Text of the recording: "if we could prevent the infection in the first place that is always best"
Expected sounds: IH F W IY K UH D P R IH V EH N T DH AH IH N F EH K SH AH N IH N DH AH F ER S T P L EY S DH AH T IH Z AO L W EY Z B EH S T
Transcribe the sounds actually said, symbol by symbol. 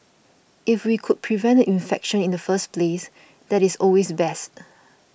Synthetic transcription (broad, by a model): IH F W IY K UH D P R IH V EH N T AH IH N F EH K SH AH N IH N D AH F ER S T P L EY S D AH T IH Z AO L W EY S B EH S T